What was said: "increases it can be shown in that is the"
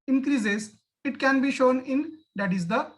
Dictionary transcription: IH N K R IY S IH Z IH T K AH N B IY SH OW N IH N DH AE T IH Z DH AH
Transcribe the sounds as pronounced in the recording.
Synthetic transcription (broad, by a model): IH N K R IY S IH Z IH T K AH N B IY SH OW N IH N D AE T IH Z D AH